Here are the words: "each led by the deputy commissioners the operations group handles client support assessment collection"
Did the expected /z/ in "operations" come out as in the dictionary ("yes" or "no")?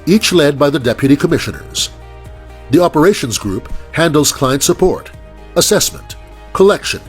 yes